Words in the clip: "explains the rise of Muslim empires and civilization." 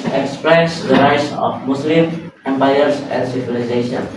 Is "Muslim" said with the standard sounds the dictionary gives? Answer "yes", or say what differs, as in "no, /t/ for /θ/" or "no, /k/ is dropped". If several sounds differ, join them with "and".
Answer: no, /s/ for /z/